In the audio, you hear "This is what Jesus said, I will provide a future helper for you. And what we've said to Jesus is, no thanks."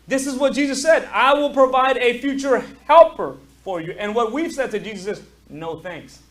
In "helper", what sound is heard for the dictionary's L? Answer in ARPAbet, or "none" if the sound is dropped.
L